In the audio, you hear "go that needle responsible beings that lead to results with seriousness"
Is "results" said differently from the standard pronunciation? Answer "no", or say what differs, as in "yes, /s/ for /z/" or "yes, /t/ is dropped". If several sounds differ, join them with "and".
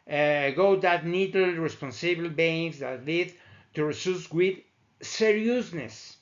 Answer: yes, /s/ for /z/